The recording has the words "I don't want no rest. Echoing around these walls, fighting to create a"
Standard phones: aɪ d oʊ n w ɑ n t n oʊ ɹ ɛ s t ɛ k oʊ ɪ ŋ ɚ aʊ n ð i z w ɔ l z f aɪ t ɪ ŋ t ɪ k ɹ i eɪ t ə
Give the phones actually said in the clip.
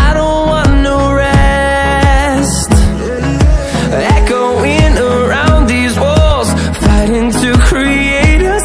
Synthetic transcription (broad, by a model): aɪ d oʊ n w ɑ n n oʊ ɹ ɛ s t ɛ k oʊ ɪ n ɚ aʊ n ð i z w ɔ l z f aɪ t ɪ ŋ t ɪ k ɹ i eɪ t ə